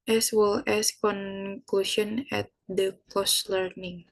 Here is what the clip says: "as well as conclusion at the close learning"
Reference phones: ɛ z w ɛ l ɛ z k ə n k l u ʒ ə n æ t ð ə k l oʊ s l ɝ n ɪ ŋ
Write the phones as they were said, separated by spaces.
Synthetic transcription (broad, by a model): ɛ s w ɛ l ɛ s k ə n k l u ʃ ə n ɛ t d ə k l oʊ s l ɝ n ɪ ŋ